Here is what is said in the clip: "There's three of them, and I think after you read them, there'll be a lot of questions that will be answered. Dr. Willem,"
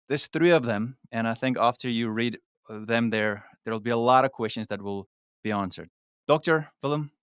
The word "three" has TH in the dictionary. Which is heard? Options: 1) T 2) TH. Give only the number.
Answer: 2